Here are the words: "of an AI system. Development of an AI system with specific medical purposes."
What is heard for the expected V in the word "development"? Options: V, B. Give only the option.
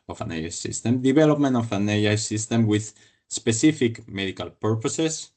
B